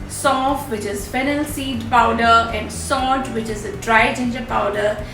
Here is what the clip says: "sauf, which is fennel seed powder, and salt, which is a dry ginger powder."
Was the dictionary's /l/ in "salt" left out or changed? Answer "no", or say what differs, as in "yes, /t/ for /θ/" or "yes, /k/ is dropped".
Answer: yes, /l/ is dropped